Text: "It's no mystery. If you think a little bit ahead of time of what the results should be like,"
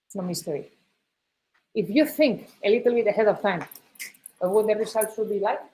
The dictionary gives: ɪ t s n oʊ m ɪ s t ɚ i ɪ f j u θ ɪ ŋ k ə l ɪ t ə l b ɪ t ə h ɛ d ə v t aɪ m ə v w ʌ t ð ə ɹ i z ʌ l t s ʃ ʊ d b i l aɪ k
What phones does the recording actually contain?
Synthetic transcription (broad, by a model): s n oʊ m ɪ s t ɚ i ɪ f j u θ ɪ ŋ k ə l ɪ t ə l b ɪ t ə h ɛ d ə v t aɪ m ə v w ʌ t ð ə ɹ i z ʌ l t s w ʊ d b i l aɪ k